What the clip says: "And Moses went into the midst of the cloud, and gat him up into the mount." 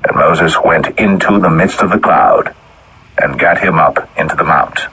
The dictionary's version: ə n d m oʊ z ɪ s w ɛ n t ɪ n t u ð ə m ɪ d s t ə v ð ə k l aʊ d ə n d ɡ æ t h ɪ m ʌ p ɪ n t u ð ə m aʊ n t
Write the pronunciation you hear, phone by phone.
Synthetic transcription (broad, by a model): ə n m oʊ z ɪ s w ɛ n t ɪ n t u ð ə m ɪ d s t ə v ð ə k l aʊ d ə n ɡ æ t h ɪ m ʌ p ɪ n t u ð ə m aʊ n t